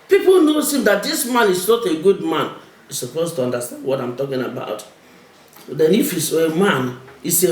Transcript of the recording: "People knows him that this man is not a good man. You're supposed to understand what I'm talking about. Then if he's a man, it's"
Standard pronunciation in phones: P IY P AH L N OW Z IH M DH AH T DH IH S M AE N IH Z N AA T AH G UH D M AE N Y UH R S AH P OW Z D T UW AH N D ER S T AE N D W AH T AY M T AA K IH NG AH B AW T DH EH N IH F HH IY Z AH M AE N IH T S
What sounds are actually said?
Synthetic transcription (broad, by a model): P IY P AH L N OW S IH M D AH T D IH S M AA N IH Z N AA T AH G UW D M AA N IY S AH P OW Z T UW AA N D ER S T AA N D W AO T AY M T AA K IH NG AH B AW T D EH N IH F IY S AH M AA N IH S